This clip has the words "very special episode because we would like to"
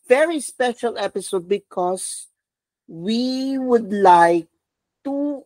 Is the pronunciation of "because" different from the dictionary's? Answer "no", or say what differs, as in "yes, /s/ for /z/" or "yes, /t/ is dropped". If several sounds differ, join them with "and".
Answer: yes, /s/ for /z/